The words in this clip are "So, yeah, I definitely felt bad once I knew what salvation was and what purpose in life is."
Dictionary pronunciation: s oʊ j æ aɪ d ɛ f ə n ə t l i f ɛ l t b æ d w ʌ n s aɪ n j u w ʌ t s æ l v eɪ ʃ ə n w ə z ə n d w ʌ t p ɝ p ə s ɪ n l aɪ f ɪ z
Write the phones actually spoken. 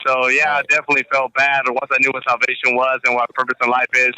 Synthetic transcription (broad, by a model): s oʊ j æ aɪ d ɛ f ə n ə t l i f ɛ l t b æ d w ʌ n s aɪ n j u w ʌ t s æ l v eɪ ʃ ə n w ə z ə n w ʌ t p ɝ p ə s ɪ n l aɪ f ɪ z